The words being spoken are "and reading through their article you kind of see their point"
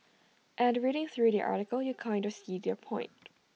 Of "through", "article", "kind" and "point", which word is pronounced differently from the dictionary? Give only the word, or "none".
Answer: none